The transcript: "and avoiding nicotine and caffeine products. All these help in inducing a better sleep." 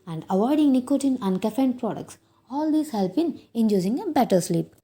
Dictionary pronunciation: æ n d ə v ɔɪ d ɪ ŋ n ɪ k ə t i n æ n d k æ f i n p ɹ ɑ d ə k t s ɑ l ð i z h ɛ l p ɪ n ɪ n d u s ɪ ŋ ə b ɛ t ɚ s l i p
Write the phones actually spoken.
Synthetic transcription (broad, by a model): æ n d ə v ɔɪ d ɪ ŋ n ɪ k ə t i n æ n d k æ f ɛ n p ɹ ɑ d ə k t s ɑ l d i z h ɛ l b ɪ n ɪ n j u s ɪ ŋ ə b ɛ t ɚ s l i p